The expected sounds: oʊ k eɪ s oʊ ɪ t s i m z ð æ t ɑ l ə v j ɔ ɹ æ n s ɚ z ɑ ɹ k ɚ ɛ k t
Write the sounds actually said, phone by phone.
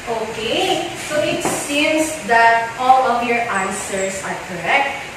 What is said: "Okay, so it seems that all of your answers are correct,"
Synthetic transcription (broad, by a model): oʊ k eɪ s oʊ ɪ t s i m s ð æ t ɑ l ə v j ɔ ɹ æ n s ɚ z ɑ ɹ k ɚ ɛ k t